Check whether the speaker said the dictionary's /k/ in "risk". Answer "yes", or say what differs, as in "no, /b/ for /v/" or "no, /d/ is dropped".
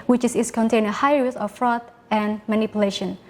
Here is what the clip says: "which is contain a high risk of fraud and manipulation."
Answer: no, /k/ is dropped